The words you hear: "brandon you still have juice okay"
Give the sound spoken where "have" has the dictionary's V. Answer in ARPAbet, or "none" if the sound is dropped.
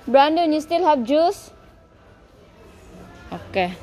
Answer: B